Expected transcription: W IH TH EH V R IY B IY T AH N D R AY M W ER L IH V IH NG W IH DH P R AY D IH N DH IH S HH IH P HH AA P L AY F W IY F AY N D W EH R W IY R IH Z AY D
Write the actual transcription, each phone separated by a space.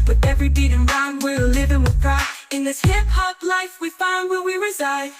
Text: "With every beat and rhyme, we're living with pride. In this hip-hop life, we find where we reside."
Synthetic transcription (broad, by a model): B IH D EH V R IY B IY T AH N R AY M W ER L IH V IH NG W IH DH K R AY IH N DH IH S HH IH P HH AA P L AY F W IY F AY N D W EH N W IY R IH Z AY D